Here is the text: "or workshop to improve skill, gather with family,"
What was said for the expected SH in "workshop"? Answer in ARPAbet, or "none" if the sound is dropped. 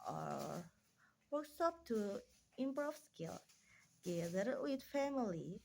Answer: S